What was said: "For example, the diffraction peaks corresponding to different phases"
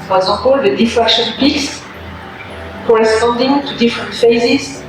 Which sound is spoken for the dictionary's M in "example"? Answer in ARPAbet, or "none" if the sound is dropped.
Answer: none